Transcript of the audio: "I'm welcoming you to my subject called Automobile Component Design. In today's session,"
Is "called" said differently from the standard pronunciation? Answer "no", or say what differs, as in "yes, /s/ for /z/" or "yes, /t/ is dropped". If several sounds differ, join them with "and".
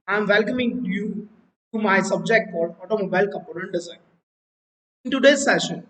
yes, /l/ is dropped